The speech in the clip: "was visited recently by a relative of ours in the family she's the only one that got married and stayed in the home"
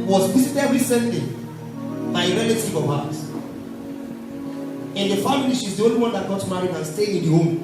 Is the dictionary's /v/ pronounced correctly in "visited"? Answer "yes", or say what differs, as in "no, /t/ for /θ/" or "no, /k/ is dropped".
no, /w/ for /v/